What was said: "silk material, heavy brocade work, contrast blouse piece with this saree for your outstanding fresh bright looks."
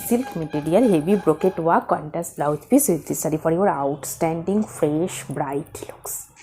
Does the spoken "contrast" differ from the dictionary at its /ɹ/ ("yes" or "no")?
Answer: yes